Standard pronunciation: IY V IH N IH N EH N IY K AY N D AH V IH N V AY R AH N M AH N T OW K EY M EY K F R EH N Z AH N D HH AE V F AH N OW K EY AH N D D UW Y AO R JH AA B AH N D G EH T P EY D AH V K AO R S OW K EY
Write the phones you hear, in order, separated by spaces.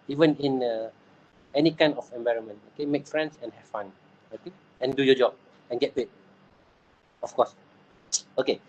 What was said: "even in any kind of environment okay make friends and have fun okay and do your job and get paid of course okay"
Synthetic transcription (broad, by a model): IY V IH N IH N EH N IY K AY N AH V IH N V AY R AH N M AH N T OW K EY M EY K F R EH N S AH N HH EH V F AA N OW K EY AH N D D UW Y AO JH AA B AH N G EH T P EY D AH F K AO S OW K EY